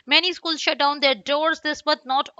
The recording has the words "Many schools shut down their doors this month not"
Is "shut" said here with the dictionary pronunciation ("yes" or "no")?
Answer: yes